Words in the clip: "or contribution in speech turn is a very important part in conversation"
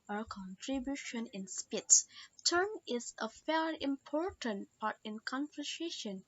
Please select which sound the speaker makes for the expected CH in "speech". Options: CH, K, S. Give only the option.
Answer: S